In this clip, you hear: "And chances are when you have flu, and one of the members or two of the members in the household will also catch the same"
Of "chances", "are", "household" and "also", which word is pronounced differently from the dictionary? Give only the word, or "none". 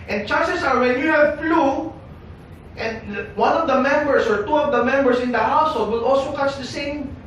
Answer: chances